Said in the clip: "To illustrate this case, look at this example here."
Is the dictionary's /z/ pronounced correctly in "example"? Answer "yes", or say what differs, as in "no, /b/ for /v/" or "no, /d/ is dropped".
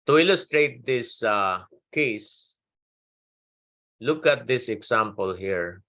no, /s/ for /z/